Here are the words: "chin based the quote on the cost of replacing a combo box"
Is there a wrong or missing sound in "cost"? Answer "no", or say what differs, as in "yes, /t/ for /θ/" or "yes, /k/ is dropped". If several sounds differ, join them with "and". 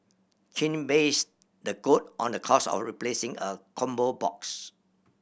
yes, /t/ is dropped